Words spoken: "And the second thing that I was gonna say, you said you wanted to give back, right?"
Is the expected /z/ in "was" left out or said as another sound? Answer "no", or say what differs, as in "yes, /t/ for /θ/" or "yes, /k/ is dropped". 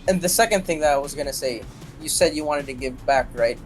no